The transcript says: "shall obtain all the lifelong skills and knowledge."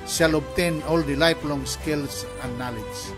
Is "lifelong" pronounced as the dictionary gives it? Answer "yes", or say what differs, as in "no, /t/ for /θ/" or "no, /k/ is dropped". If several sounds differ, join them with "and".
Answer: no, /p/ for /f/